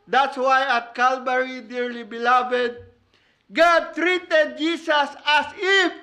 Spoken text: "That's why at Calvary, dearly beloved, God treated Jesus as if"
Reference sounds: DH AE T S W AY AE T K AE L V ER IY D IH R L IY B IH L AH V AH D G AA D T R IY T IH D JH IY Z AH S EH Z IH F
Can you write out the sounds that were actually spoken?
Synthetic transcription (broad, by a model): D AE T S W AY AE T K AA L B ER IY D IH R L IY B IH L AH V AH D G AA D T R IY T IH D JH IY S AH S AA S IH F